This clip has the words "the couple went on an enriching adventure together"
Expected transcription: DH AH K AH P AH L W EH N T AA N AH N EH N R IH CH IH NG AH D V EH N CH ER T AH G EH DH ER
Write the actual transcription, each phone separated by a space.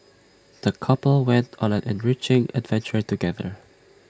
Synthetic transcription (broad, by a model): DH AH K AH P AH L W EH N T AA N AH N EH N R IH CH IH NG AH D V EH N CH ER T AH G EH DH ER